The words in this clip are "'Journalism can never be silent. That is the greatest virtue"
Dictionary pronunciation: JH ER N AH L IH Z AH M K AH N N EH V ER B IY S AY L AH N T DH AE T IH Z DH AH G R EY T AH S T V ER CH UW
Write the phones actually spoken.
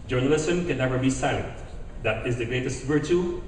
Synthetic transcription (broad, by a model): JH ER N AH L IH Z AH M K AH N N EH V ER B IY S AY AH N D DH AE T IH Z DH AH G R EY T AH S T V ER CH UW